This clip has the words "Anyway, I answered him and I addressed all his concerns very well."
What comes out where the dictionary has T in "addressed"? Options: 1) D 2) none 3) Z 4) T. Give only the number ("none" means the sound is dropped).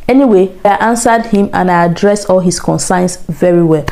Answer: 2